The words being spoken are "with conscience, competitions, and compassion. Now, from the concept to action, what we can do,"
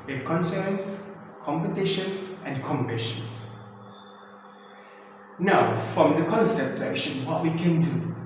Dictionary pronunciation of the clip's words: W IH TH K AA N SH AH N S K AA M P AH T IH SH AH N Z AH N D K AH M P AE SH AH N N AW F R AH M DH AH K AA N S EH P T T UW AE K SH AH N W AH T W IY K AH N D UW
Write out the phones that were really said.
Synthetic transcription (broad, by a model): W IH K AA N S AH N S K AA M P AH T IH SH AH N S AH N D K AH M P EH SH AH N N AW F R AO M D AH K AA N S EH P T T UW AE K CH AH L W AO T W IY K AH N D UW